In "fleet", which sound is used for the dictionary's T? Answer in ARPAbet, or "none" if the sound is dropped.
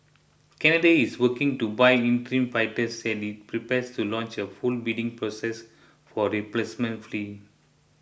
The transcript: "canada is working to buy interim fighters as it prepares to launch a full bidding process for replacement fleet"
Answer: none